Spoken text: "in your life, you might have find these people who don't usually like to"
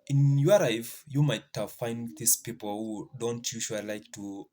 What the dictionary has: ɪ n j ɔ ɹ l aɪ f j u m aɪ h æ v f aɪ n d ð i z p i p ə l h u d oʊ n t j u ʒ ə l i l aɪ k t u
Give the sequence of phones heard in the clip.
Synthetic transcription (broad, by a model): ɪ n j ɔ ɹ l aɪ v j u m aɪ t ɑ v f aɪ n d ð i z p i p ə l h u d oʊ n t j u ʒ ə i l aɪ k t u